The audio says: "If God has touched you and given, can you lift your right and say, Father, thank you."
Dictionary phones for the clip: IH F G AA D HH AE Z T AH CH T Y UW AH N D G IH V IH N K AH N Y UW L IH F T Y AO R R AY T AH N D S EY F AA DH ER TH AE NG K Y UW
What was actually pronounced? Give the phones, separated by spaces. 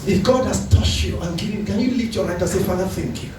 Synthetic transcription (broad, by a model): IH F G AA D HH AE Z T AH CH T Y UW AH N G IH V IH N K AH N Y UW L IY T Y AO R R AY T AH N S EY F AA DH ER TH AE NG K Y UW